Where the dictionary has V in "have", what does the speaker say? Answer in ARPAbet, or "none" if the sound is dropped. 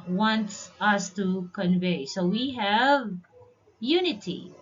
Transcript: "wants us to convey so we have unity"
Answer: V